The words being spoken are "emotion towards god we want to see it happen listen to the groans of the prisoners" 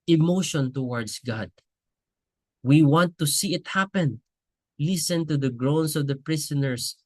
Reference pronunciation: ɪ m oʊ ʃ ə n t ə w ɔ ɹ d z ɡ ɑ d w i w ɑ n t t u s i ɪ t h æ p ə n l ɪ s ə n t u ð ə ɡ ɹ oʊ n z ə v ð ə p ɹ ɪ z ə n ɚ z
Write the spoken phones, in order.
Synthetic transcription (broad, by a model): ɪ m oʊ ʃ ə n t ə w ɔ ɹ d s ɡ ɑ d w i w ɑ n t t u s i ɪ t h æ p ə n l ɪ s ə n t u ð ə ɡ ɹ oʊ n s ə v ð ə p ɹ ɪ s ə n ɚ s